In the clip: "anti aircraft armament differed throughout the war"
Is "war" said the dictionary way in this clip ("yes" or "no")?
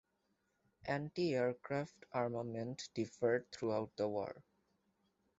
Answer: yes